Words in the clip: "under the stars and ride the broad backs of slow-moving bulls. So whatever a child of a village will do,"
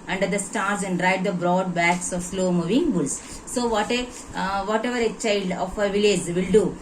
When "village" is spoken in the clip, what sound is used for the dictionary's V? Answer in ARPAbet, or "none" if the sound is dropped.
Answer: V